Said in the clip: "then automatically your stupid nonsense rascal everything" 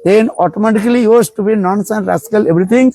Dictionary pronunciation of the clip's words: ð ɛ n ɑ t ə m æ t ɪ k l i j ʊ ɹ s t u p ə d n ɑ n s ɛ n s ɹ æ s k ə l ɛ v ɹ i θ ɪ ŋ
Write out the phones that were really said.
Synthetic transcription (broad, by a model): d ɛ n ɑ t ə m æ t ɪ k l i j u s t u b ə n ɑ n s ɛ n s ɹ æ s k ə l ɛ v ɹ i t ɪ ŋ